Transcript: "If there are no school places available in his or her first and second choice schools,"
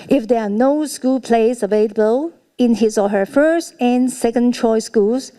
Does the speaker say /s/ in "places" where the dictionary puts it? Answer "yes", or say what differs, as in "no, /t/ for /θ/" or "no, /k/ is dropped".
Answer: no, /s/ is dropped